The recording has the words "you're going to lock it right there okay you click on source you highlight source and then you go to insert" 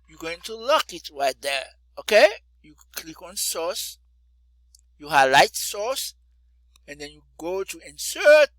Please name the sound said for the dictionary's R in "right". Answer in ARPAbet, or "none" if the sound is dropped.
R